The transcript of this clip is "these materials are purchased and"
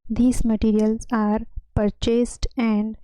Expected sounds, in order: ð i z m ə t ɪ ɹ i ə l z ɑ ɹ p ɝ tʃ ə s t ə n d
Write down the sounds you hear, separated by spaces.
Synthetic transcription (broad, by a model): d i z m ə t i ɹ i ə l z ɑ ɹ p ɝ tʃ ə s t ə n d